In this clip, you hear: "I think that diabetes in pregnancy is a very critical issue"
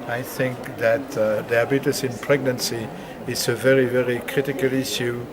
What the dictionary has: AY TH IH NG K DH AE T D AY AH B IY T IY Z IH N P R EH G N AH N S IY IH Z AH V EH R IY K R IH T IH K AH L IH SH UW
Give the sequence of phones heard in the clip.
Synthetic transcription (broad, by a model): AY TH IH NG K DH AE T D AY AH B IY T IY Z IH N P R EH G N AH N S IY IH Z AH V EH R IY K R IH T IH K AH L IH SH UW